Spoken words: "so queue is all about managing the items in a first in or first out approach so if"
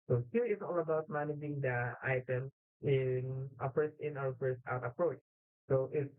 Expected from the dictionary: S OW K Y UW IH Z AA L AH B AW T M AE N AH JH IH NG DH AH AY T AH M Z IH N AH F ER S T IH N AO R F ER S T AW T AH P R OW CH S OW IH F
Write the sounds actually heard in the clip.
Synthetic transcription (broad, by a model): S OW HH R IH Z AA L AH B AW T M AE N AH JH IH NG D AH AY T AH M S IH N AH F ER S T IH N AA W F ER S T AW T AH P R OW CH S OW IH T